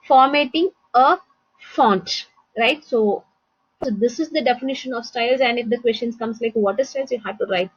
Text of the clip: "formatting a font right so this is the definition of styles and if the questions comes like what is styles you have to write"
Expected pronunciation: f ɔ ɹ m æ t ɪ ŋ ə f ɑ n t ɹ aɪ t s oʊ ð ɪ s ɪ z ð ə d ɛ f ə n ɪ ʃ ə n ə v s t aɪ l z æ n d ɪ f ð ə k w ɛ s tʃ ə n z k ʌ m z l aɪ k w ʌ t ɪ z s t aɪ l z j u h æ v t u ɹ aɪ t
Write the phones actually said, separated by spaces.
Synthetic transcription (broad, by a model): f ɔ ɹ m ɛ t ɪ ŋ ə f ɑ n t ɹ aɪ t s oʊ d ɪ s ɪ z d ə d ɛ f ə n ɪ ʃ ə n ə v s t aɪ l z æ n d ɪ f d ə k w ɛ s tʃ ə n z k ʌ m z l aɪ k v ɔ t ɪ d s t aɪ l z j u h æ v t u ɹ aɪ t